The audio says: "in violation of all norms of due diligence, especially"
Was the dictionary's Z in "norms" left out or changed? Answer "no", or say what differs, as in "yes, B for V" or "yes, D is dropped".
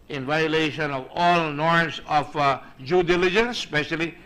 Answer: yes, S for Z